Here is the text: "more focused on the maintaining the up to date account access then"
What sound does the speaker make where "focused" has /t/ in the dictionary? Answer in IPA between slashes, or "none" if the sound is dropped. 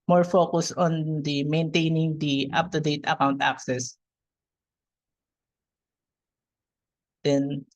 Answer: none